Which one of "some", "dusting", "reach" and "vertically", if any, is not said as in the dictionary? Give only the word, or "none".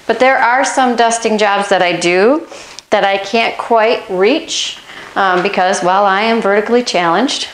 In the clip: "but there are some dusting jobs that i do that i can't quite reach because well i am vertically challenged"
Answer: none